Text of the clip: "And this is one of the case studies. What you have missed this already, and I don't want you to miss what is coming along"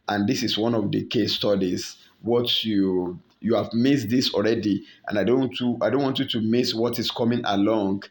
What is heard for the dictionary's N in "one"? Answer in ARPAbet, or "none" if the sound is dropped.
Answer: N